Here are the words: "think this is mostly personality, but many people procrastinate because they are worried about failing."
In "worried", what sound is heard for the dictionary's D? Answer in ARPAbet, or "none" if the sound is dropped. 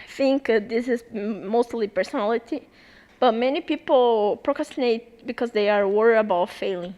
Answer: none